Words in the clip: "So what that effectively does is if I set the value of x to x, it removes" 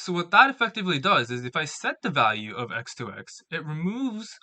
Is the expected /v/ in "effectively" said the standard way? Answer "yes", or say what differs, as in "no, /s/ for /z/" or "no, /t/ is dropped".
yes